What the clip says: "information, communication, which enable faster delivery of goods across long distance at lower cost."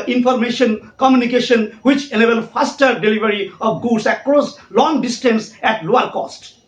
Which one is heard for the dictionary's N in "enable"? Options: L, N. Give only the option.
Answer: L